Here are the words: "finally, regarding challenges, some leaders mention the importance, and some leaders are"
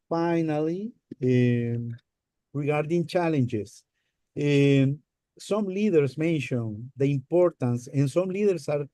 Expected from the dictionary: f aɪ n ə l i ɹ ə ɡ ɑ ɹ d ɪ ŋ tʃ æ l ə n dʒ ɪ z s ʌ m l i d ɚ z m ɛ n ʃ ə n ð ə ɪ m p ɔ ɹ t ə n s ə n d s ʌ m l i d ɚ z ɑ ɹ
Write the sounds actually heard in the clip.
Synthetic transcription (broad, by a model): f aɪ n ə l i ɹ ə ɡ ɑ ɹ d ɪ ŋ tʃ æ l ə n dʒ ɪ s s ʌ m l i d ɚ s m ɛ n ʃ ə n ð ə ɪ m p ɔ ɹ t ə n s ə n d s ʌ m l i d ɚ s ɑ ɹ